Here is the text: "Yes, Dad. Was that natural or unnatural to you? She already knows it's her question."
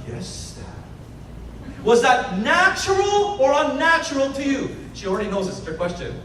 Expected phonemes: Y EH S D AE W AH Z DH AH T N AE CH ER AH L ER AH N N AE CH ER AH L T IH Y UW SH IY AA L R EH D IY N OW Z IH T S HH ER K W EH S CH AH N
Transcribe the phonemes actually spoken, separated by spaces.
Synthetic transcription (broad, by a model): Y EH S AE W AH Z DH AH T N AE CH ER L ER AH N N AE CH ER L T IH Y UW SH IY L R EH D IY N OW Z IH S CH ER K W EH S CH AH N